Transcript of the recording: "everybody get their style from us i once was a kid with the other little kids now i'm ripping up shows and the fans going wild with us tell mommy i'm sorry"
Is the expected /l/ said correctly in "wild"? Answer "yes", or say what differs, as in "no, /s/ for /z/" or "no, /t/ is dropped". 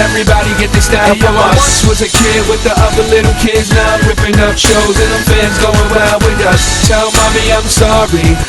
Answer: no, /l/ is dropped